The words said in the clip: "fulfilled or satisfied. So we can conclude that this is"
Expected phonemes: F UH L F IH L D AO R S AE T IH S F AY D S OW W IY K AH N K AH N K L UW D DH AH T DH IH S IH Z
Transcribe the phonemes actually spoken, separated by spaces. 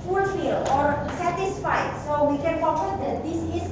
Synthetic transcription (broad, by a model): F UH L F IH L AO R S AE T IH S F AY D S OW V IY K AH N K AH K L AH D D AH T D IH S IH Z